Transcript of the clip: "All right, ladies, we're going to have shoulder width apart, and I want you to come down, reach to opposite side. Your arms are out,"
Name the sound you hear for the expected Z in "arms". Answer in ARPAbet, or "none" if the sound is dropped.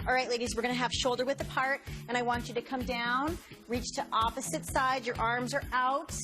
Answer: Z